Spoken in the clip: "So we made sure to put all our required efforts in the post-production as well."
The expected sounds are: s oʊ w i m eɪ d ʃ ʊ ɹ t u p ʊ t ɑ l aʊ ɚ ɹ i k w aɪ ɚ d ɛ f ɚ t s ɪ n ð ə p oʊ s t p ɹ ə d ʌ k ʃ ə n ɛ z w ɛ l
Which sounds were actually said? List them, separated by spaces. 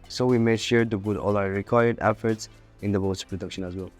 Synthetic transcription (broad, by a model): s oʊ w i m eɪ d ʃ ʊ ɹ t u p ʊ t ɑ l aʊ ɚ ɹ i k w aɪ ɚ d ɛ f ɚ t s ɪ n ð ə b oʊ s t p ɹ ə d ʌ k ʃ ə n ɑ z w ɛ l